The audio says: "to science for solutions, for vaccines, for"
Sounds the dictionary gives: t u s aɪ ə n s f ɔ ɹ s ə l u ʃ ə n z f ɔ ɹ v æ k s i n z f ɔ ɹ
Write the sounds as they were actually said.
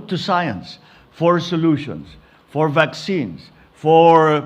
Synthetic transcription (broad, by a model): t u s aɪ ə n s f ɔ ɹ s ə l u ʃ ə n s f ɔ ɹ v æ k s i n s f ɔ ɹ